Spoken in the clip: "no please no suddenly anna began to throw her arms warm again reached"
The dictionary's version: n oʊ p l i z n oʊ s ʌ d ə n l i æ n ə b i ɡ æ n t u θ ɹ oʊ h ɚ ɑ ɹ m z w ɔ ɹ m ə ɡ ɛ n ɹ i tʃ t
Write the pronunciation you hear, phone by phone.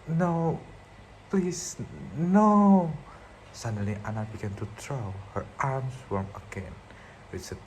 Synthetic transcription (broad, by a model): n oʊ p l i s n oʊ s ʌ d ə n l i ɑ n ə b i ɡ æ n t u t ɹ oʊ h ɚ ɑ ɹ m s w ɔ ɹ m ə ɡ ɛ n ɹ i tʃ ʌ